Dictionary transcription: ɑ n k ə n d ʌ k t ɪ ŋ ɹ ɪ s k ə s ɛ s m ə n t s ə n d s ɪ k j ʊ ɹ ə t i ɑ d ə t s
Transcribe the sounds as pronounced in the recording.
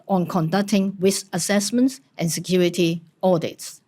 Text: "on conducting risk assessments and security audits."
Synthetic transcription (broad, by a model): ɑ n k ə n d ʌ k t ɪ ŋ w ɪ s ə s ɛ s m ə n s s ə n s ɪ k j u ɹ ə t i ɑ d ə t s